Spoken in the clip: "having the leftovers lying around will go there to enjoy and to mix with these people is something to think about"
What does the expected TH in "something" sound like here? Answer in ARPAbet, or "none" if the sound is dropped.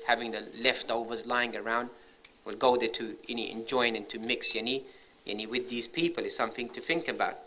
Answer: TH